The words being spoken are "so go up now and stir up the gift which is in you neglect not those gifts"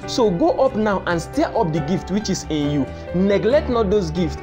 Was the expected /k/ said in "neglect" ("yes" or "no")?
yes